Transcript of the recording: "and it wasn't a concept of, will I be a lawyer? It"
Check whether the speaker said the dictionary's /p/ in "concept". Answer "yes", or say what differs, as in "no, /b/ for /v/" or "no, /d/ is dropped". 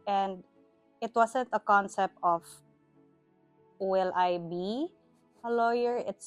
yes